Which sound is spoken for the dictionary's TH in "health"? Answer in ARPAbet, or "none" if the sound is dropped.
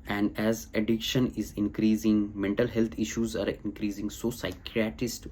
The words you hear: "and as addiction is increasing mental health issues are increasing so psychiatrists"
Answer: T